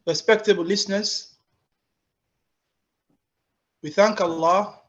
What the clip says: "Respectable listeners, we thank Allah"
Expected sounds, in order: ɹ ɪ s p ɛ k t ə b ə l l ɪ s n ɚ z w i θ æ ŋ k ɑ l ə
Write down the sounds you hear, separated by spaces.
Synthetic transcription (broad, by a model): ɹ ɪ s p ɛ k t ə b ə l l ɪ s n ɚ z w i θ æ ŋ k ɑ l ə